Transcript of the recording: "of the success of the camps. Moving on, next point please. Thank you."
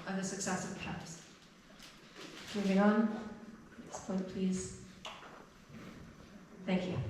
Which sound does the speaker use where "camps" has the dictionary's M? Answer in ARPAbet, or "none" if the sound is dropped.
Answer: none